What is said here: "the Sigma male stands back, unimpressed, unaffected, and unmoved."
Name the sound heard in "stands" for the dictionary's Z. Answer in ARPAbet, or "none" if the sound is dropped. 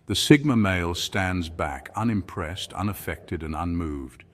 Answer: Z